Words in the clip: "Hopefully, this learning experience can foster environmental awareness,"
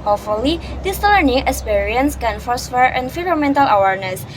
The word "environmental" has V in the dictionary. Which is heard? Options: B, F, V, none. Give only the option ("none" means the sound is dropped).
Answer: F